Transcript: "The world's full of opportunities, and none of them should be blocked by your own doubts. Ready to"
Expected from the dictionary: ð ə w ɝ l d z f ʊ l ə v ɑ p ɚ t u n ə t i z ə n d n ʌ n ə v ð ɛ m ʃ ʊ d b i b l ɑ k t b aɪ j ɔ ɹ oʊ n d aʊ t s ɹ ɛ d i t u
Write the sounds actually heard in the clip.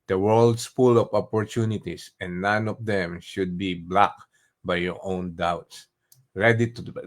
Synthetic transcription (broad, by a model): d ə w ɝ l d s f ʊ l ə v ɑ p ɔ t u n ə t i s ə n d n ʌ n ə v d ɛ m ʃ ʊ d b i b l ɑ k b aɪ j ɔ ɹ oʊ n d aʊ t s ɹ ɛ d i t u